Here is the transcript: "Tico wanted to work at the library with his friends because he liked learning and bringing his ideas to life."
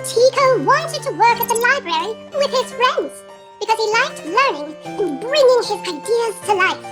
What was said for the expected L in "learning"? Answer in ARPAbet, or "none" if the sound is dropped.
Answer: L